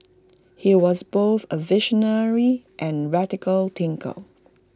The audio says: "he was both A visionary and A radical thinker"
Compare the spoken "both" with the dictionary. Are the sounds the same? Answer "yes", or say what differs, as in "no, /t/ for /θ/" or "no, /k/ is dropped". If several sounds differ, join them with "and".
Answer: yes